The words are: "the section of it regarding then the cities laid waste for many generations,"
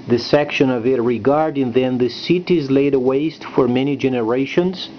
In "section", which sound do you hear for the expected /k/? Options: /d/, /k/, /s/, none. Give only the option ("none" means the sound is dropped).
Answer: /k/